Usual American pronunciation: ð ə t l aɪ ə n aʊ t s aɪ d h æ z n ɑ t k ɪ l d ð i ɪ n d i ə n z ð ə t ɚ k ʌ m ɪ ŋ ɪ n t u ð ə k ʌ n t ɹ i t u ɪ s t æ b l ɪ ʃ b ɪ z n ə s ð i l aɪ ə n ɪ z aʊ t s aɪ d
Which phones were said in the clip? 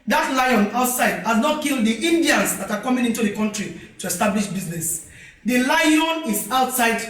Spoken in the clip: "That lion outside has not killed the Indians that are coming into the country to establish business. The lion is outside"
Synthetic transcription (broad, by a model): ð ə t l aɪ ə n aʊ t s aɪ d h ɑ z n ɑ t k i l d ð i n d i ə n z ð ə t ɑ k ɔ m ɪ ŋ ɪ n t u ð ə k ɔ n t ɹ i t u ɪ s t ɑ b l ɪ ʃ b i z n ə s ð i l aɪ ə n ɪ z aʊ t s aɪ d